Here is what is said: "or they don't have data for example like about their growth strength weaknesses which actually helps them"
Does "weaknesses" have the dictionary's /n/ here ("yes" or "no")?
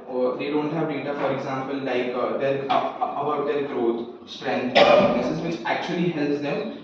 no